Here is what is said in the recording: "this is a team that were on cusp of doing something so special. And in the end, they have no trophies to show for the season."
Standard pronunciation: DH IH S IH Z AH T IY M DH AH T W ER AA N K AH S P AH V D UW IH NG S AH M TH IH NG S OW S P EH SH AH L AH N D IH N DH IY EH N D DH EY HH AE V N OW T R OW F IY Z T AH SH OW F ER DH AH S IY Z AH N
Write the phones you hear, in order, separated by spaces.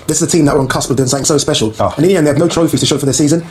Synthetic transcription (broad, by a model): DH IH S IH Z AH T IY M DH AH T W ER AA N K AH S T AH B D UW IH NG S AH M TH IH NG S OW S P EH SH AH L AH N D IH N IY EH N DH EY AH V N OW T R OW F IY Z T AH SH OW F ER DH AH S IY Z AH N